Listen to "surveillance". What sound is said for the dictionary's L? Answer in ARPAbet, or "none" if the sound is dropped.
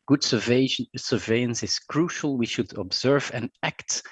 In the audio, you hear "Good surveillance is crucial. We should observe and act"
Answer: none